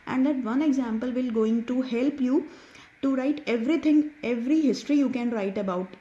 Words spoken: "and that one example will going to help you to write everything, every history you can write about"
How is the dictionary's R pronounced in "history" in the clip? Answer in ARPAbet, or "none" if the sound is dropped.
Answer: R